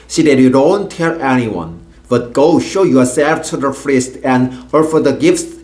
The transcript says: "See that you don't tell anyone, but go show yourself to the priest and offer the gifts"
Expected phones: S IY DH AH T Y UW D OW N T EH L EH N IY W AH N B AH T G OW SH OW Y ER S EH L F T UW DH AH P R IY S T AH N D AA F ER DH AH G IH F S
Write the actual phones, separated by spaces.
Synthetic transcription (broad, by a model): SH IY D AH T Y UW D OW N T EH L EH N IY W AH N B AH T G OW SH OW Y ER S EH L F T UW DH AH F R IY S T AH N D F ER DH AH G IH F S